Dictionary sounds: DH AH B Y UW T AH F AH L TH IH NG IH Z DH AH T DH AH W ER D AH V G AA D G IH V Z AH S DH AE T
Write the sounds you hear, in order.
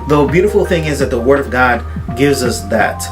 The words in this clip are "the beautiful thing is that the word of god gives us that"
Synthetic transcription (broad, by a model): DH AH B Y UW T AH F L TH IH NG IH Z DH AH T DH AH W ER D AH V G AA D G IH V Z AH S DH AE T